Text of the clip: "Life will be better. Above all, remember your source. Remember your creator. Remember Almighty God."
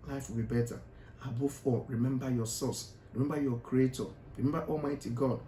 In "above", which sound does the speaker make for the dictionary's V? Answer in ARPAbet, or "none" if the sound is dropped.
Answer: F